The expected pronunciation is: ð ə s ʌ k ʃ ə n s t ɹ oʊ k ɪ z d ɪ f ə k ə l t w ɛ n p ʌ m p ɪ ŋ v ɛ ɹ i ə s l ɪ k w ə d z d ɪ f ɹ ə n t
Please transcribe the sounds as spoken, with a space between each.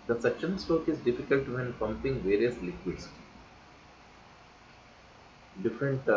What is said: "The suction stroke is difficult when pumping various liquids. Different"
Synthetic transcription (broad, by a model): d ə s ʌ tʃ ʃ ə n s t oʊ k ɪ z d ɪ f ə k ə l t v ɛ n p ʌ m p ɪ ŋ v ɛ ɹ i ə s l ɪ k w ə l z d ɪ f ɹ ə n t